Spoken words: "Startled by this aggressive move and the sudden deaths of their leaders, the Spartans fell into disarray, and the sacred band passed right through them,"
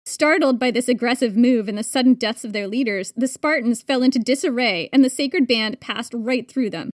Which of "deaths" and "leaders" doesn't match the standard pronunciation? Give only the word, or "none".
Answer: none